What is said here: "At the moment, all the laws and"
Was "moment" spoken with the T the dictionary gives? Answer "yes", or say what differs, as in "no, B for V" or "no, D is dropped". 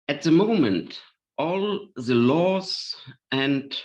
yes